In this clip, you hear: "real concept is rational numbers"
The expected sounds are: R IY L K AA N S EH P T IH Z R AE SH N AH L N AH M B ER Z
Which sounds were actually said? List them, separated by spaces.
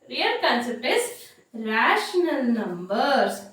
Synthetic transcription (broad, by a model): R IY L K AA N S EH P IH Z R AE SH N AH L N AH M B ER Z